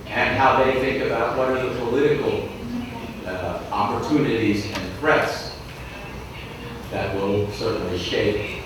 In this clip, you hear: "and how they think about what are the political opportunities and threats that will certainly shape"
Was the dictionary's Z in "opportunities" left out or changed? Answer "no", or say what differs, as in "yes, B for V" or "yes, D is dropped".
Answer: no